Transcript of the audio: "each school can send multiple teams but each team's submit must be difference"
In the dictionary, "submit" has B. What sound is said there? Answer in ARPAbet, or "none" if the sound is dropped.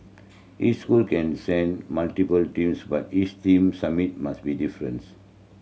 none